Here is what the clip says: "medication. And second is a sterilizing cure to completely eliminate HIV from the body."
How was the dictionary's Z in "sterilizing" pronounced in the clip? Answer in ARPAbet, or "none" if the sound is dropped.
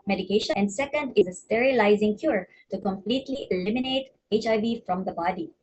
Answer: Z